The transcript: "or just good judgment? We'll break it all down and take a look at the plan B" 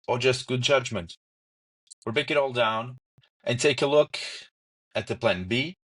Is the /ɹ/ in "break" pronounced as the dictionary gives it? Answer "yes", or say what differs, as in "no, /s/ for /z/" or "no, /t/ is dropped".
no, /ɹ/ is dropped